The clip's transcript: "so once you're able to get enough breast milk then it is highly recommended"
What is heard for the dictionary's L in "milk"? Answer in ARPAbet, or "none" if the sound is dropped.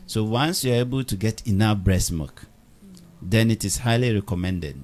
none